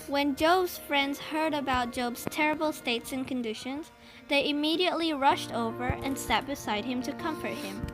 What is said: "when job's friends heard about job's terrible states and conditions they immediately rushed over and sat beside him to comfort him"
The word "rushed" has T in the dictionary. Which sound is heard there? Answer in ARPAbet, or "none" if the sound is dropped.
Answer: T